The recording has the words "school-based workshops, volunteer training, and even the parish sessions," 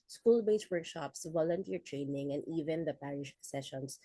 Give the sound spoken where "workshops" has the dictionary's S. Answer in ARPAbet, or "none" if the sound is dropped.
S